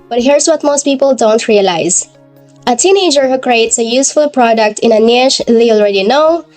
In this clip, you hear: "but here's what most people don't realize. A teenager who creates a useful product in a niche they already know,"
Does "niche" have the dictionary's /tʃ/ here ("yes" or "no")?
no